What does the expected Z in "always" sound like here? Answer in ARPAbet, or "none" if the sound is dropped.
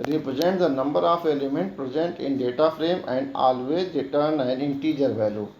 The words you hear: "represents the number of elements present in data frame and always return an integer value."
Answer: none